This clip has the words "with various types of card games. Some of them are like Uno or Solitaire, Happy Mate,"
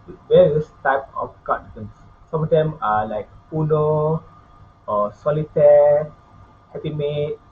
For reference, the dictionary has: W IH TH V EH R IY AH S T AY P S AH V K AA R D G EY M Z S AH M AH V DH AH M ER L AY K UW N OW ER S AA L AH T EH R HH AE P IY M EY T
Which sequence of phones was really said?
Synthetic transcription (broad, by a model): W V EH R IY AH S T AY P AH F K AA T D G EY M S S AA M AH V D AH M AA L AY K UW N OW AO S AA L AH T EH HH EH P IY M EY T